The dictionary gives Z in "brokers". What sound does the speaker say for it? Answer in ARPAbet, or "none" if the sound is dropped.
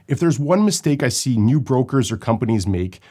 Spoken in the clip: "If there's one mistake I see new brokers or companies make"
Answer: Z